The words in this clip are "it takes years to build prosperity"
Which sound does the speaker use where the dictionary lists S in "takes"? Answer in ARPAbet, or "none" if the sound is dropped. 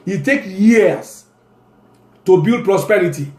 none